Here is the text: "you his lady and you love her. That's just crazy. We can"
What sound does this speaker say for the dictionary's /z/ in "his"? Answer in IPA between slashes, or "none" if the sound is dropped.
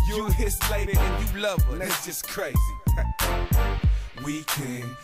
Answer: /s/